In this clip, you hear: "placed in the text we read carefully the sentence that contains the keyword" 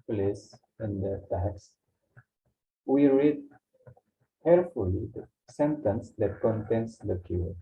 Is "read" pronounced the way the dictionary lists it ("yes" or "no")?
yes